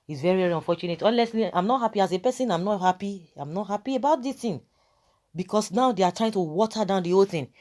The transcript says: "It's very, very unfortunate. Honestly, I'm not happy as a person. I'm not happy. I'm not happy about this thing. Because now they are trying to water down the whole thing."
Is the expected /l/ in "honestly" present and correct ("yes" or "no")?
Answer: no